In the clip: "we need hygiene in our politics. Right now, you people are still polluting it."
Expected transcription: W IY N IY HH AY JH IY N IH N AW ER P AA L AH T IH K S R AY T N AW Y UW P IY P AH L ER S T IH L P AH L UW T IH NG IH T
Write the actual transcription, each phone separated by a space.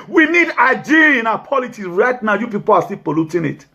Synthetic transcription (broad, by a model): W IY N IY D AY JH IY IH N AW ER P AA L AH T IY S R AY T N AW Y UW P IY P AH L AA S T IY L P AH L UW T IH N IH T